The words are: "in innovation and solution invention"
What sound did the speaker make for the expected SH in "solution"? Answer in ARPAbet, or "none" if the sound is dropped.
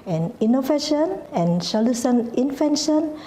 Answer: S